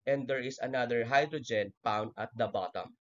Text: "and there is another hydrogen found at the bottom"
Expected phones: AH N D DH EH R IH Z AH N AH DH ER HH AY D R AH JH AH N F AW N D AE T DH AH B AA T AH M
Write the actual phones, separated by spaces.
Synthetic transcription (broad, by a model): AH N D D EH R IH S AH N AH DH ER HH AY D R AH JH AH N P AW N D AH T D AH B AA T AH M